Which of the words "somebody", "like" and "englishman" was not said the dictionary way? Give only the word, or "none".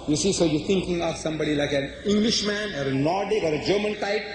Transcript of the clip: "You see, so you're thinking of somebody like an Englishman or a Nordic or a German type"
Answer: none